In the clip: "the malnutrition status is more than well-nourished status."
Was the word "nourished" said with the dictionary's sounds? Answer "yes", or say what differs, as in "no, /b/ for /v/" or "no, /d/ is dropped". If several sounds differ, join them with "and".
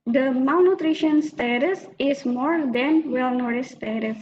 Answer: no, /ʃ/ is dropped